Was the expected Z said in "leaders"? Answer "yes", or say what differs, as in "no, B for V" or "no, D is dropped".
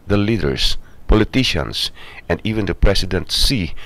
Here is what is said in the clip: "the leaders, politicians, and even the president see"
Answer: no, S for Z